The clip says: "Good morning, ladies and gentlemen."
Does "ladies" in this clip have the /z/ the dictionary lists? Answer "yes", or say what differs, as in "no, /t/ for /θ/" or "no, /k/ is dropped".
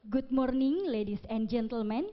no, /s/ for /z/